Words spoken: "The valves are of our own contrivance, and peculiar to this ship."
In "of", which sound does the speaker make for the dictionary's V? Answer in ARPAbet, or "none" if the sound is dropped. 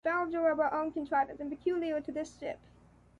B